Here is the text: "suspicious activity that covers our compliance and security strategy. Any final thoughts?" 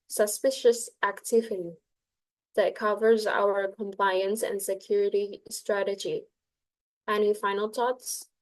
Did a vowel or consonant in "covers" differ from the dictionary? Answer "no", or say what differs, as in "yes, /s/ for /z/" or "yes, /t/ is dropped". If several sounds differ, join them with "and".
no